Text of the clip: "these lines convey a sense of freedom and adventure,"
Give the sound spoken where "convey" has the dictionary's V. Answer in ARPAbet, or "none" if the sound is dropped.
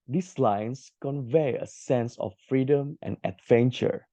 V